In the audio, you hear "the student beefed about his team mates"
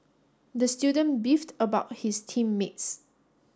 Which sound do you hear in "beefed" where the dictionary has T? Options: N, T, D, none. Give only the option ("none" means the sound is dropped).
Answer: T